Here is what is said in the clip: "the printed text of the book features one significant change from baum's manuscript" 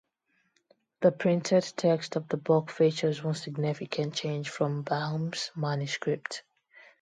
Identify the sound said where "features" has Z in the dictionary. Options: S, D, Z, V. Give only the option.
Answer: Z